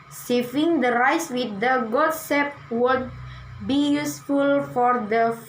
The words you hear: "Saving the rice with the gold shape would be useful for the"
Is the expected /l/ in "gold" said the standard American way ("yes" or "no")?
no